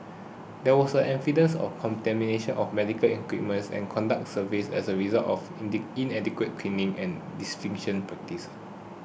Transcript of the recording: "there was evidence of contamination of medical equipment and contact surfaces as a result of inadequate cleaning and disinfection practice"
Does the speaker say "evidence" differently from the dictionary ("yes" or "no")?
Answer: yes